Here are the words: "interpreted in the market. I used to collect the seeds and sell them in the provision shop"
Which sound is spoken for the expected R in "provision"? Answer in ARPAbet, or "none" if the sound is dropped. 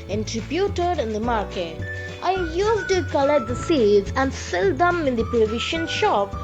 none